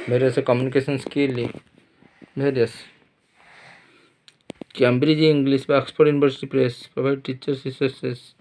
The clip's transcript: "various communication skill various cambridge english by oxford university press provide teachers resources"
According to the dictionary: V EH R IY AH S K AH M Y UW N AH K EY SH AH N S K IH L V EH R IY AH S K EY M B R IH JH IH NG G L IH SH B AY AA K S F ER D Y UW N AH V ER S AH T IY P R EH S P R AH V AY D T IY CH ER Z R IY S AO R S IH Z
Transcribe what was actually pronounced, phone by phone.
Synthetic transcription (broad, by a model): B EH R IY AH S K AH M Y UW N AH K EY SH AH N S K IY L B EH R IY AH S K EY M B R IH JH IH NG G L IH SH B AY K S P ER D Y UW N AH B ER S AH T IY P R EH S P R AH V AY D T IY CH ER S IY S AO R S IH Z